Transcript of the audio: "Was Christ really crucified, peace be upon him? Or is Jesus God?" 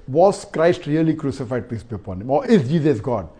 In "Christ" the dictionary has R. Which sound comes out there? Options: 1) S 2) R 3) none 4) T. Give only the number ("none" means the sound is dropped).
2